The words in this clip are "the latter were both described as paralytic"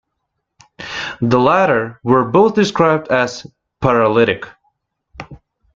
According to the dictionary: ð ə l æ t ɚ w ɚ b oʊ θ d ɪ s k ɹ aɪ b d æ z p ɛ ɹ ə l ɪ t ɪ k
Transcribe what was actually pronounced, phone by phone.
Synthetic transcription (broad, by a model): ð ə l æ t ɚ w ɚ b oʊ θ d ɪ s k ɹ aɪ b d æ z p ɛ ɹ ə l ɪ t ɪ k